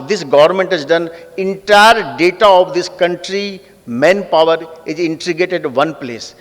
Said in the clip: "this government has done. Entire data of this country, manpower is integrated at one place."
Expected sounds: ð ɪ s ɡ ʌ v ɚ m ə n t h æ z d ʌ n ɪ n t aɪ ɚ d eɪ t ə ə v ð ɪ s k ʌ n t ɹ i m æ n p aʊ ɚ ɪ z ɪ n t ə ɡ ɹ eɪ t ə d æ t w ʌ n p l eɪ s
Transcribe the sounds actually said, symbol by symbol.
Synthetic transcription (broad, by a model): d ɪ s ɡ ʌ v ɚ m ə n t h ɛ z d ʌ n ɪ n t aɪ ɚ d eɪ t ə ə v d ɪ s k ʌ n t ɹ i m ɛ n p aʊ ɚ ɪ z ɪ n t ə ɡ eɪ t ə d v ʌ n p l eɪ s